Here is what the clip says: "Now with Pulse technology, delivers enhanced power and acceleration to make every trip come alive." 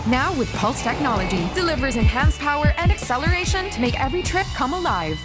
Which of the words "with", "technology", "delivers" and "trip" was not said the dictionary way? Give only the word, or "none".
none